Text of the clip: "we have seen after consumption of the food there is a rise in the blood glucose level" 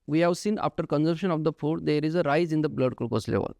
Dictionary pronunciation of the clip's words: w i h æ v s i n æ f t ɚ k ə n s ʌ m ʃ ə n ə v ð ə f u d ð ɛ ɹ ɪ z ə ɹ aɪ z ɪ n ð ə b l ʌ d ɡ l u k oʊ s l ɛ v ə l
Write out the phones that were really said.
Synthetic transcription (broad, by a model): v i h æ v s i n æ f t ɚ k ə n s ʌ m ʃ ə n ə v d ə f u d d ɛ ɹ ɪ z ə ɹ aɪ z ɪ n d ə b l ʌ d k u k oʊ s l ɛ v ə l